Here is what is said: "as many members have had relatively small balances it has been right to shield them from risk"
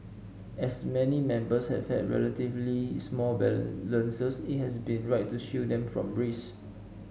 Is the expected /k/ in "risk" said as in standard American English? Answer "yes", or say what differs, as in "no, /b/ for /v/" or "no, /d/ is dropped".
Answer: no, /k/ is dropped